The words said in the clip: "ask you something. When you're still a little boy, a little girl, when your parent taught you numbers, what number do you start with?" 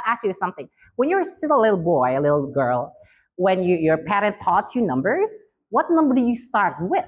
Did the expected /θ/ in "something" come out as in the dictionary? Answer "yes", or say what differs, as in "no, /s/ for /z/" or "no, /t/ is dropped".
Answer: yes